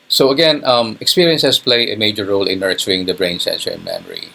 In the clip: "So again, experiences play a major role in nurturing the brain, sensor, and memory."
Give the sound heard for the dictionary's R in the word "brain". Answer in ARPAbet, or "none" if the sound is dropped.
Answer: R